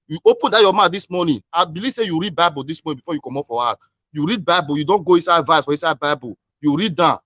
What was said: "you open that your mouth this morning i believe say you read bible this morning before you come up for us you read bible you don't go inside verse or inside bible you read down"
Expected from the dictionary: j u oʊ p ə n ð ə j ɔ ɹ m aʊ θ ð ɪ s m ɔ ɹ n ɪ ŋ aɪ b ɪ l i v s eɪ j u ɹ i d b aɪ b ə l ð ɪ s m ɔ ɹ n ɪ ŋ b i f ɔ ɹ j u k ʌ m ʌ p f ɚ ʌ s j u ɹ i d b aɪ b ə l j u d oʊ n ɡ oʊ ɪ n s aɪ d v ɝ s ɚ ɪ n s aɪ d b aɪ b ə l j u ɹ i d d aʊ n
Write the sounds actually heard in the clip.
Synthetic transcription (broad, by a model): j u oʊ p ə n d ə j ɔ m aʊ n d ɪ s m ɔ n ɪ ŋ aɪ b ɪ l i v s eɪ j u ɹ i d b aɪ b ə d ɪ s m ɔ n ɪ b i f ɔ j u k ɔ m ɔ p f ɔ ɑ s j u ɹ i d b aɪ b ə j u d oʊ n ɡ oʊ ɪ n s aɪ d v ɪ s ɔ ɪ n s aɪ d b aɪ b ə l j u ɹ i d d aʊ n